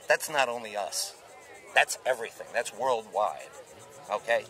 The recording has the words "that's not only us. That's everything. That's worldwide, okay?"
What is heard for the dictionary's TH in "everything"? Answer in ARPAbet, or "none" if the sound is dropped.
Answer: TH